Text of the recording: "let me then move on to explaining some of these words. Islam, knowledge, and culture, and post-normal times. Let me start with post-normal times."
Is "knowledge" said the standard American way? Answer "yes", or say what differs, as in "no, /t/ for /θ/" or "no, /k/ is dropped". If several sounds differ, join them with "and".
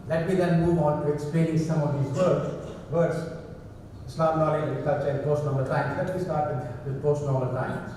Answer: no, /dʒ/ is dropped